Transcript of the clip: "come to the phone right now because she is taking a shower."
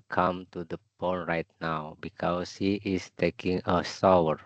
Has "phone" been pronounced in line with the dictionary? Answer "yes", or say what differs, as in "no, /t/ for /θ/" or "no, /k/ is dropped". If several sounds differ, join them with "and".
no, /p/ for /f/